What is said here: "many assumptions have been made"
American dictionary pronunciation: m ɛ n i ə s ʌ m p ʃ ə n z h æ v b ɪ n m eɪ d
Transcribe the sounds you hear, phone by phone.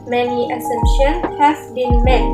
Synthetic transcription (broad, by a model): m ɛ n i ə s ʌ m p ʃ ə n h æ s b ɪ n m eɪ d